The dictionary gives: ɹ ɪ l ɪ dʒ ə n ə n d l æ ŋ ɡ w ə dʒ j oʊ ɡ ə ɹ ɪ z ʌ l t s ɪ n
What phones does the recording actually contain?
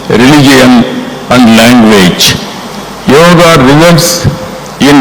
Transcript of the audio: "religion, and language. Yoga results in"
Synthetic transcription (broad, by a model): ɹ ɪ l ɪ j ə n ə n d l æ ŋ ɡ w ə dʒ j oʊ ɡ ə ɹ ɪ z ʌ t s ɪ n